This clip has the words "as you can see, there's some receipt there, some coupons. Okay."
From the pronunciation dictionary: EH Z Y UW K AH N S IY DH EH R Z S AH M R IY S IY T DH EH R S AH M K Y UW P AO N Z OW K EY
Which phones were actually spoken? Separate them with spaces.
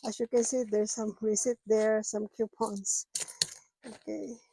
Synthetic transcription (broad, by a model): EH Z Y UW K AH N S IY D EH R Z S AH M W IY S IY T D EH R S AH M K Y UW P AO N S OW K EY